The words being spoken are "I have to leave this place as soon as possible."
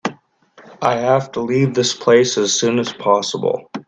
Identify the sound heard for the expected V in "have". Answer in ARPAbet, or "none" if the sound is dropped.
F